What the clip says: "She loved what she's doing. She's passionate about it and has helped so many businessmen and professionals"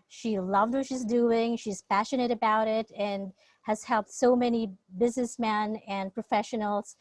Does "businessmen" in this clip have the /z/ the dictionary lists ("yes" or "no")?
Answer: yes